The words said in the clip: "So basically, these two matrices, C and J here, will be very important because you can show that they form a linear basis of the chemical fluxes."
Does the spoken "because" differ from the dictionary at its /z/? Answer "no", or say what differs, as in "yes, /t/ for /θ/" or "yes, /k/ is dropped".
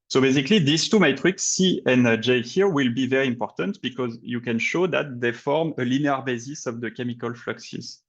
no